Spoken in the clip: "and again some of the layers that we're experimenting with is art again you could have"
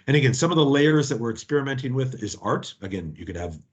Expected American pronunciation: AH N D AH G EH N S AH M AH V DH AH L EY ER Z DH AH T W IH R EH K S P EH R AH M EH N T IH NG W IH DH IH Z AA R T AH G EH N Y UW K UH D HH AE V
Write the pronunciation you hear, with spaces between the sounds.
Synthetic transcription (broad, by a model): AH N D AH G EH N S AH M AH V DH AH L EY ER Z DH AH T W IH R EH K S P EH R AH M EH N T IH NG W IH DH IH Z AA R T AH G EH N Y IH K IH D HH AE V